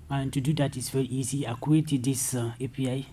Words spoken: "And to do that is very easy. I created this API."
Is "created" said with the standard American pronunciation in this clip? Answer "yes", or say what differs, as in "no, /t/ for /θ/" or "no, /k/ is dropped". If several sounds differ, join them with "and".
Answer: no, /ɹ/ is dropped